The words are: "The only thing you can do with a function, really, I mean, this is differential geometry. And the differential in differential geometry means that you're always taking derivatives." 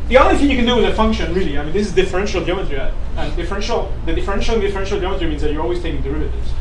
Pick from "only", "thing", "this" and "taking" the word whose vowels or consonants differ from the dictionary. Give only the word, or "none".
none